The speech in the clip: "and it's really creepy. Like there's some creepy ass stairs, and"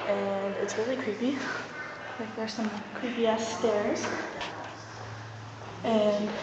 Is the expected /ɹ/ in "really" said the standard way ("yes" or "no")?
no